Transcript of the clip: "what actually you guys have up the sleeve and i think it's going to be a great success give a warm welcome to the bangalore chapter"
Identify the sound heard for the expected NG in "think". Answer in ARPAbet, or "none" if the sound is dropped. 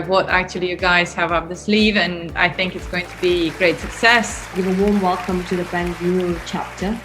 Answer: NG